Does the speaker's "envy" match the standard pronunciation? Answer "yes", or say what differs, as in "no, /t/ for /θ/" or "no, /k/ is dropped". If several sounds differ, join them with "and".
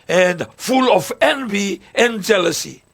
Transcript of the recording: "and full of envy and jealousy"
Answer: yes